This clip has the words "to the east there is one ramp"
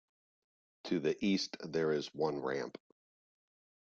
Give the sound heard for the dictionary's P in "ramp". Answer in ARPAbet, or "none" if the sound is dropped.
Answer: P